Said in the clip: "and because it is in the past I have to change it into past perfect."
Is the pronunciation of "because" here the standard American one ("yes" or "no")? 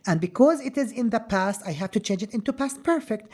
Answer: yes